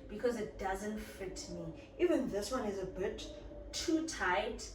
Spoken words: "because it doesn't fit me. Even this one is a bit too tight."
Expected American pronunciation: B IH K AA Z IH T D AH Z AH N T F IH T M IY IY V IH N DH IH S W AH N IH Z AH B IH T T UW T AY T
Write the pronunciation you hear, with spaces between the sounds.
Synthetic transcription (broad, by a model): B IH K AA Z IH T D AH Z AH N T F IH T M IY IY V IH N DH IH S W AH N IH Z AH B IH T T UW T AY T